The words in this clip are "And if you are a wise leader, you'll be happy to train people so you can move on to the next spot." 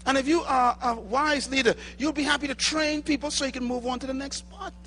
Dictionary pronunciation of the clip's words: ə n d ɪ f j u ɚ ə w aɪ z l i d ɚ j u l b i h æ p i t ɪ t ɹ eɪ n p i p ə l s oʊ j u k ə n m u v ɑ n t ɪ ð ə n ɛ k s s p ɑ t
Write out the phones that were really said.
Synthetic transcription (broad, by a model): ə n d ɪ f j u ɚ ə w aɪ z l i d ɚ j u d b i h æ p i t ɪ t ɹ eɪ n p i p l s oʊ j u k ə n m u v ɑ n t ɪ ð ə n ɛ k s s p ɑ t